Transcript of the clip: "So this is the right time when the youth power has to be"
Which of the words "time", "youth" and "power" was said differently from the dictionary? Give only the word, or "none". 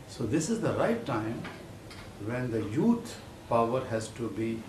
youth